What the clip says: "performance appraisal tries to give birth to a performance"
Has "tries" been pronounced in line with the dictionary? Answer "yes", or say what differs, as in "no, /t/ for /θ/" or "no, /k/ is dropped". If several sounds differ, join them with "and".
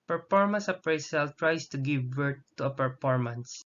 no, /s/ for /z/